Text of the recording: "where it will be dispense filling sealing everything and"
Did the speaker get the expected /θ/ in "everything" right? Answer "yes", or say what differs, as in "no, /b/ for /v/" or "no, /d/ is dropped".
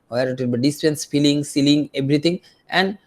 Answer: no, /t/ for /θ/